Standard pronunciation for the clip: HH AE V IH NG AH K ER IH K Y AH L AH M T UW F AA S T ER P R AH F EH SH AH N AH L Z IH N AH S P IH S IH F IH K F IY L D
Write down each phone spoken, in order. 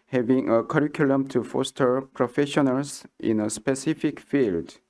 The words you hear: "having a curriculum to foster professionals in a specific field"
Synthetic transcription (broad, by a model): HH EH V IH NG AH K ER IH K Y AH L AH M T UW F AA S T ER P R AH F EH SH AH N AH L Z IH N AH S P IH S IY F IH K F IY L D